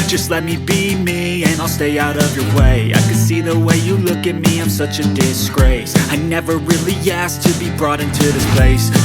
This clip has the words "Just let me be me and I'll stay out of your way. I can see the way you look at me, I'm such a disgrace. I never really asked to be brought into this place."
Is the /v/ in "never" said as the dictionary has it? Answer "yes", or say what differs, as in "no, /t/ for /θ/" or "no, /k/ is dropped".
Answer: yes